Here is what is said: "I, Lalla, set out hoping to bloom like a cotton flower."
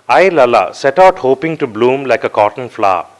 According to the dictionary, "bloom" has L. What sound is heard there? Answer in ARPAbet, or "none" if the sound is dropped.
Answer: L